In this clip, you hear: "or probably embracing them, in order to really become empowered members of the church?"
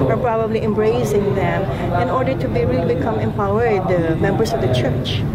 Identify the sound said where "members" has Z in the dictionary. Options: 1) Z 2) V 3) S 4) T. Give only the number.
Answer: 3